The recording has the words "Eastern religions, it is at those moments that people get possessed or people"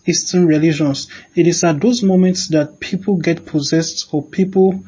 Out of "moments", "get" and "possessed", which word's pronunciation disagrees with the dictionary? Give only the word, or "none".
none